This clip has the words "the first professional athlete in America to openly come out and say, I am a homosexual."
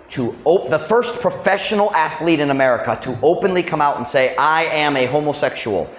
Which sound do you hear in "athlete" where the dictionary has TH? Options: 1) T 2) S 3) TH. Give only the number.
3